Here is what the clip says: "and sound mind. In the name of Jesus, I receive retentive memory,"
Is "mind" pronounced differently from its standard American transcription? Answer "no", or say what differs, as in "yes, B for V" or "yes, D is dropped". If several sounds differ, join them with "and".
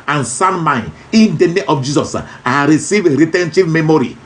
yes, D is dropped